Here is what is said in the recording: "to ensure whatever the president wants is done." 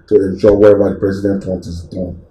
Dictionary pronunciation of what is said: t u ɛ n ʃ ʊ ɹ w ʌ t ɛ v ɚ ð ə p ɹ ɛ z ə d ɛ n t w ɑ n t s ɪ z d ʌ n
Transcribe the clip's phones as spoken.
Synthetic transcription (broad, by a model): t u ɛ n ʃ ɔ w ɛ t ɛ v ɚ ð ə p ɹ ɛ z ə d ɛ n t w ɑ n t ɪ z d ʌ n